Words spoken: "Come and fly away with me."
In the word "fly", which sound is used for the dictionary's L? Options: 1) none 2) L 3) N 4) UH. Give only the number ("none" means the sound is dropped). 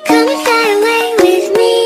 1